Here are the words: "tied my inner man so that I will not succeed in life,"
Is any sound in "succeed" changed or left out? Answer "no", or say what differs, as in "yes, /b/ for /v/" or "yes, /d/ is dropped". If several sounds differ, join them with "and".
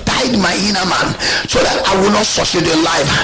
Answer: yes, /k/ is dropped